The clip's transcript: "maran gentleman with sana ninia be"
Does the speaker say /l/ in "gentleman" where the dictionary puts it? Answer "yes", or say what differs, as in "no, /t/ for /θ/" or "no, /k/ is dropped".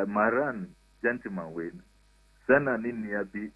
no, /l/ is dropped